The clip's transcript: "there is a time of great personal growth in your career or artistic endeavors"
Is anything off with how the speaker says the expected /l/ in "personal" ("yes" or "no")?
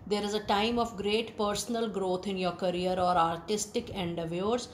no